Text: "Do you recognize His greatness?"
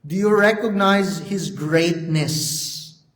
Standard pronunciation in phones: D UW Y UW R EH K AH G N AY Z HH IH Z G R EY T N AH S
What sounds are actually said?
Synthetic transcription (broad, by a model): D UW Y UW R EH K AH G N AY Z HH IH Z G R EY T N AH S